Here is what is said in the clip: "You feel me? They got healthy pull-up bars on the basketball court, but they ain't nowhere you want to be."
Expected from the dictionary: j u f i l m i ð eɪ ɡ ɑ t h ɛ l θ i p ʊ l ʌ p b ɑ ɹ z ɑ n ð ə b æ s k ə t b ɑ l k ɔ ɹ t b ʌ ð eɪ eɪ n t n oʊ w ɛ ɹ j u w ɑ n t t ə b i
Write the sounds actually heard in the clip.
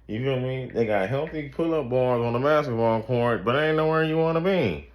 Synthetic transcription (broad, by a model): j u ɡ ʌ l m i ð eɪ ɡ ɑ t h ɛ l θ i p ʊ l ʌ p b ɑ ɹ z n ð ə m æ s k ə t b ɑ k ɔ ɹ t b ʌ t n oʊ w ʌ ɹ j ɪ w ɑ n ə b i